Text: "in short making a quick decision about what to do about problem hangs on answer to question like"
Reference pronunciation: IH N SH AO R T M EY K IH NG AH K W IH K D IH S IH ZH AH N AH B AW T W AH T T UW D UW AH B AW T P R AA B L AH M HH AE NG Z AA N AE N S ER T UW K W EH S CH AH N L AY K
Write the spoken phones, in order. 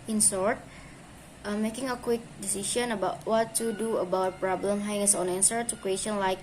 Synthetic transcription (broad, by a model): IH N S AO R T M EY K IH NG AH K W IH K D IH S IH SH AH N AH B AW T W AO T T UW D UW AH B AW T P R AA B L AH M HH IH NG S AA N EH N S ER T UW K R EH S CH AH N L AY K